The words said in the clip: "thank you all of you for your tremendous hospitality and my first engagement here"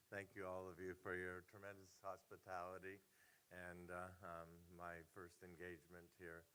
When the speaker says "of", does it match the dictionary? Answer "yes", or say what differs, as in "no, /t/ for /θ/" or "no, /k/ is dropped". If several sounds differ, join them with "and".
yes